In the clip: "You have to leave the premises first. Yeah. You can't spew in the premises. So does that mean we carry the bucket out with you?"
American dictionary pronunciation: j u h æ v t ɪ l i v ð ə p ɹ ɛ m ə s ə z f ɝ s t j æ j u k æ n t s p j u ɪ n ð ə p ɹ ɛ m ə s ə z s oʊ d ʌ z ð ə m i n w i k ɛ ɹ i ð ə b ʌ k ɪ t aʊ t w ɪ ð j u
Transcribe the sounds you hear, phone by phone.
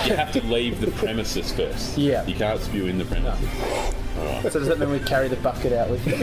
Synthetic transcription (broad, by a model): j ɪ h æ f t ɪ l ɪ v ð ə p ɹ ɛ m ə s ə s f ɝ s t j æ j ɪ k æ n t s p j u ɪ n ð ə p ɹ ɛ m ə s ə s s oʊ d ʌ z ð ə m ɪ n w i k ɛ ɹ i ð ə b ʌ k ɪ t aʊ t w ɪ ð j